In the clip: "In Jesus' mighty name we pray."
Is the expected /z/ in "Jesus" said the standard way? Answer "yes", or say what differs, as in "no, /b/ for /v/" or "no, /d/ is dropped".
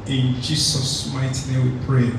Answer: no, /s/ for /z/